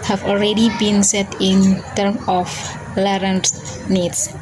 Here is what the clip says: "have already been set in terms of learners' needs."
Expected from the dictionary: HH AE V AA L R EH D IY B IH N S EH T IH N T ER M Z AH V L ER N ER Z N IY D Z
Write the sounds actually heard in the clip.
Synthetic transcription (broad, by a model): HH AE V AA L R EH D IY B IH N S EH T IH N T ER M AH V L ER N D N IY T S